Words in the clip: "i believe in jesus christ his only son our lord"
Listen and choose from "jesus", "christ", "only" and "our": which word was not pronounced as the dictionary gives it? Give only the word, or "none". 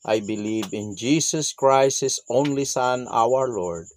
jesus